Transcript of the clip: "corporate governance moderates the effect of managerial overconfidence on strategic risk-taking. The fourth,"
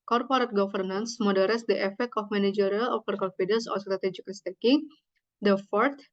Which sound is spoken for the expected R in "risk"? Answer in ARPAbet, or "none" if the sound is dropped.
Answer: L